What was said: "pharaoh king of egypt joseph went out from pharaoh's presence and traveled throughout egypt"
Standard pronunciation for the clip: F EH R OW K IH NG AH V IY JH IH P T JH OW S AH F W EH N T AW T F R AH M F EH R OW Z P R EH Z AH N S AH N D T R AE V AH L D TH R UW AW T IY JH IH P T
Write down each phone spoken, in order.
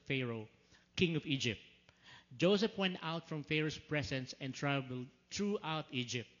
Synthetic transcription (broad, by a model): F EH R OW K IH NG AH V IY JH IH P T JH OW S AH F W EH N T AW T F R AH M F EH R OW S P R EH S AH N S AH N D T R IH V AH L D T R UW AW T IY JH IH P T